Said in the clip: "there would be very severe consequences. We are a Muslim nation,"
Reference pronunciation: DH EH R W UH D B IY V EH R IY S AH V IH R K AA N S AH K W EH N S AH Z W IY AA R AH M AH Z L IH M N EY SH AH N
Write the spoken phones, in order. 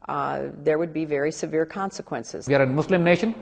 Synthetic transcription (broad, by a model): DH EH R W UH D B IY V EH R IY S AH V IH R K AA N S AH K W EH N S AH Z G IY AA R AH M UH S L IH M N EY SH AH N